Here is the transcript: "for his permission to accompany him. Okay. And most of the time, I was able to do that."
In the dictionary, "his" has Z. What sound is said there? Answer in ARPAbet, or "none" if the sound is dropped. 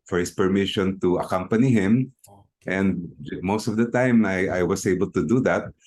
S